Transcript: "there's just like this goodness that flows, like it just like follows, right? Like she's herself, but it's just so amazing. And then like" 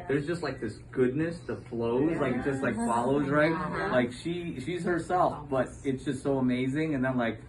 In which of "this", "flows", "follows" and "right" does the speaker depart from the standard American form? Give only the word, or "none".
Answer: none